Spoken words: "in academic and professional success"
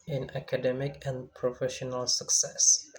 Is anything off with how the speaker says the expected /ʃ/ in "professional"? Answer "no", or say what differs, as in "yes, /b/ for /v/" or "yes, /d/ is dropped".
no